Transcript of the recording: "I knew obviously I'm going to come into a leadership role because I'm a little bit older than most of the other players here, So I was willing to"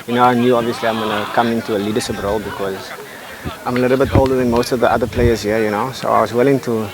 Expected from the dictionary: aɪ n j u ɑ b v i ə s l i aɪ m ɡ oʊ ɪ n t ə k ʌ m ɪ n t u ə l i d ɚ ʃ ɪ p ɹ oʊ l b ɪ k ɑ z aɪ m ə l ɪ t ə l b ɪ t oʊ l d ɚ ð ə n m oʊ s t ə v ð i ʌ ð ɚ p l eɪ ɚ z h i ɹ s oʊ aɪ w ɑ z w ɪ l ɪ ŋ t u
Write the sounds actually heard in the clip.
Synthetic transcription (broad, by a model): aɪ n j u ɑ b v i ə s l i aɪ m ɡ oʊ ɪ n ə k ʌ m ɪ n t u ə l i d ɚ ʃ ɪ p ɹ oʊ l b ɪ k ɑ z aɪ m ə l ɪ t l b ɪ t oʊ l d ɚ ð ə n m oʊ s t ə v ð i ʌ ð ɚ p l eɪ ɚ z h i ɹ s oʊ aɪ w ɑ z w ɪ l ɪ ŋ t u